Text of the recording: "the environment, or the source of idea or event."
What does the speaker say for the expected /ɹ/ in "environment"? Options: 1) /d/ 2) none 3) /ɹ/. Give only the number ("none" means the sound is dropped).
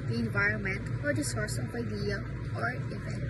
3